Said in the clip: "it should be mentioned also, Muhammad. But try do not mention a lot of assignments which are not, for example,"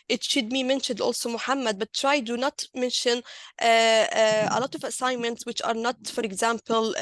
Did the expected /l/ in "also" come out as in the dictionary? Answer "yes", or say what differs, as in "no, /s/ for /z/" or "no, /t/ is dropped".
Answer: yes